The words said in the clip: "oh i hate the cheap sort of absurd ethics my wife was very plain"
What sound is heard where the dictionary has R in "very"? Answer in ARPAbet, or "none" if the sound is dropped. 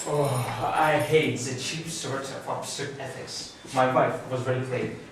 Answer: L